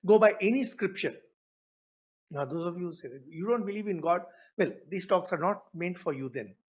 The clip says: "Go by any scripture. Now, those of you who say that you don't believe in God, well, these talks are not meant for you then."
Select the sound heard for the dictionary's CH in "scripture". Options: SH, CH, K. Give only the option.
SH